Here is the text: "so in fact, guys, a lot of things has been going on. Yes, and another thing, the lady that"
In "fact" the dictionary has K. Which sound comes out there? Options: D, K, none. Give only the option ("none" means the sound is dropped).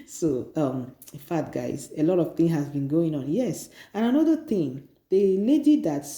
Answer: none